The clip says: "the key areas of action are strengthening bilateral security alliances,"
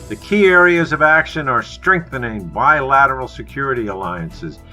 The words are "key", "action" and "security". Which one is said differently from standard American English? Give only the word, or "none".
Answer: none